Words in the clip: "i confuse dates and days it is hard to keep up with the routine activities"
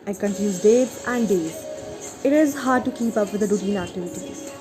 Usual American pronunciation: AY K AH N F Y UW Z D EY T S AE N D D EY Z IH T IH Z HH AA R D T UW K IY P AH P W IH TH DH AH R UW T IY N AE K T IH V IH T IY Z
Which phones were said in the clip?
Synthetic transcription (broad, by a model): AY K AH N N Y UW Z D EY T AE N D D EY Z IH T IH Z HH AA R D T UW K IY P AH P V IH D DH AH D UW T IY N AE K T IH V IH T IY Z